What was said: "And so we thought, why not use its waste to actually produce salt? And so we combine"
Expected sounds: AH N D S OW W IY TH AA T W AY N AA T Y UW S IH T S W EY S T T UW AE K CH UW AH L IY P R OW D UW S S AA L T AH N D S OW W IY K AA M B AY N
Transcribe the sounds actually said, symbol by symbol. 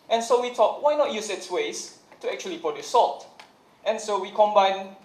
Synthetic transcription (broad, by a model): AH N S OW W IY T AA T W AY N AA T Y UW S IH T S W EY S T T UW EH K CH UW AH L IY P OW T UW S S AA L T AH N S OW W IY K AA M B AY N